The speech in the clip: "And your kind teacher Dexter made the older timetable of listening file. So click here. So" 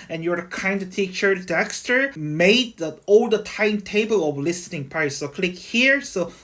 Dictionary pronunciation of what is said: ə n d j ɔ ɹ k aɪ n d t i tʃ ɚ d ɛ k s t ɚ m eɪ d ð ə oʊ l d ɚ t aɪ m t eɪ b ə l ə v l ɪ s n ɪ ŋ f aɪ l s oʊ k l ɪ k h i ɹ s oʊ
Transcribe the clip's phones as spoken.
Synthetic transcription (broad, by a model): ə n j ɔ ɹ k aɪ n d t i tʃ ɚ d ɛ k s t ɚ m eɪ d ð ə oʊ l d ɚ t aɪ m t eɪ b ə l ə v l ɪ s n ɪ ŋ p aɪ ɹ s oʊ k l ɪ k h i ɹ s oʊ